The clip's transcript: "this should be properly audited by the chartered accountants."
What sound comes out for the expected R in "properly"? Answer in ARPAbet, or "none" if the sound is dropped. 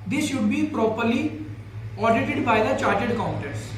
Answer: R